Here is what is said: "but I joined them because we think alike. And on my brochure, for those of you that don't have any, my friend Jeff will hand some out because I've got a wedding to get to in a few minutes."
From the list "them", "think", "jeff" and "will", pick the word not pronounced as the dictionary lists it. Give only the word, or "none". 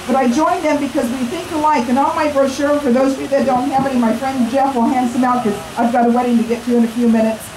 none